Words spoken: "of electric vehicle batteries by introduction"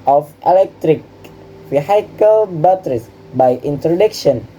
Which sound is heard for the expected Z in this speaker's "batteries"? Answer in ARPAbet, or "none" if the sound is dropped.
S